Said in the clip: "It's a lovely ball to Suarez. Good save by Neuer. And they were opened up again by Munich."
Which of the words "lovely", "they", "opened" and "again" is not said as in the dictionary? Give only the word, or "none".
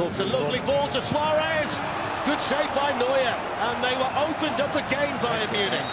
none